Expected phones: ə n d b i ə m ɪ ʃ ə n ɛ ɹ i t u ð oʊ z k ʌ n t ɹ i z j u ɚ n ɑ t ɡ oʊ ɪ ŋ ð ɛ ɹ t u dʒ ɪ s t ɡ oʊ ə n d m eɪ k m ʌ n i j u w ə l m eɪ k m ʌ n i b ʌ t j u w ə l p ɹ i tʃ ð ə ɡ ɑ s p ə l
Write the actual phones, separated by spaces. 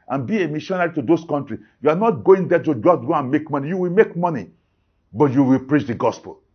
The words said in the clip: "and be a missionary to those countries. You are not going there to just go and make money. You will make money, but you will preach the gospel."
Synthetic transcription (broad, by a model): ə n b i ə m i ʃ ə n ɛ ɹ i t u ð oʊ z k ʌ n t ɹ i j u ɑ n ɑ t ɡ oʊ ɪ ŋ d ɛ t u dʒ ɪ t ɡ oʊ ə n m eɪ k m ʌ n i j u w ə l m eɪ k m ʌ n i b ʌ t j u w ə l p ɹ i tʃ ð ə ɡ ɑ s p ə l